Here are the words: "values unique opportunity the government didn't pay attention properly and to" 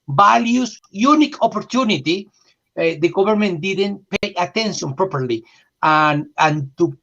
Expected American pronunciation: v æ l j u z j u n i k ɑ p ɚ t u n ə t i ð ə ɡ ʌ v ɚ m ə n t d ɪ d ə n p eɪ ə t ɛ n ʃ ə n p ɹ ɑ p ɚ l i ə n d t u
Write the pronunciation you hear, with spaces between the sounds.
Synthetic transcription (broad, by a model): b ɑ l j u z j u n i k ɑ p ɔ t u n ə t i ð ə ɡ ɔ b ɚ m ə n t d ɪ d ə n p eɪ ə t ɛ n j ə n p ɹ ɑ p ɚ l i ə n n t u